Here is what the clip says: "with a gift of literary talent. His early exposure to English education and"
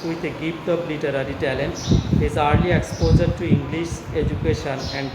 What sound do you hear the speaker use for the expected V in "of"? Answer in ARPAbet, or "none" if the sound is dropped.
P